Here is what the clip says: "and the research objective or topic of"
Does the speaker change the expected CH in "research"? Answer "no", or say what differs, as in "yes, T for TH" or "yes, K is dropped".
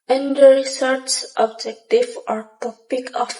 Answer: yes, S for CH